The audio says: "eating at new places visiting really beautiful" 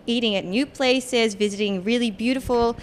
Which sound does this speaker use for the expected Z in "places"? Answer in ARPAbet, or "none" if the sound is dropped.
Z